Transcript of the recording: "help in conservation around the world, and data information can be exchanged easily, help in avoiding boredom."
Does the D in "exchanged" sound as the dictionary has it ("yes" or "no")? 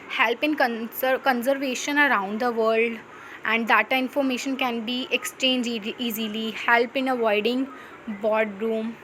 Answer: no